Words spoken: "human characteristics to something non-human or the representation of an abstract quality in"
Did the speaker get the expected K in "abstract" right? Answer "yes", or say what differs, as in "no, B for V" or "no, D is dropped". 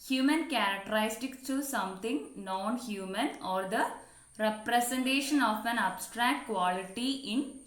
yes